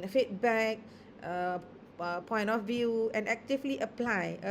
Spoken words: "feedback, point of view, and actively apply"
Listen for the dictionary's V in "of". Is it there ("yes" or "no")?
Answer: no